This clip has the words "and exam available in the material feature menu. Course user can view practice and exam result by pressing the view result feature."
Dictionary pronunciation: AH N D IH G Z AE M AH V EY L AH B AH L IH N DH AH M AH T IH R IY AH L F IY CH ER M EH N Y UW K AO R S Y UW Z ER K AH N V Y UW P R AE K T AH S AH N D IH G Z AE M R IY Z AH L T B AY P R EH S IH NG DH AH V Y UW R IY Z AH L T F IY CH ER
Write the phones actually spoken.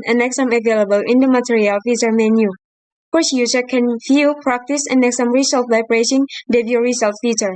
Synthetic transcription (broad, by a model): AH N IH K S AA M AH V EY L AH B AH L IH N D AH M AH T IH R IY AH L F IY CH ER M EH N Y UW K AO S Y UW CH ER K AH N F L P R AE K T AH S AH N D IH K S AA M R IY S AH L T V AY B R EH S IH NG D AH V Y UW R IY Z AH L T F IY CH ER